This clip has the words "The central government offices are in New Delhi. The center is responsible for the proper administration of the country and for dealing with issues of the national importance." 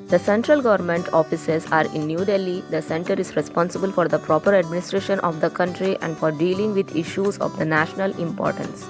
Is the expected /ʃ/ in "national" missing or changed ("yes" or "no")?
no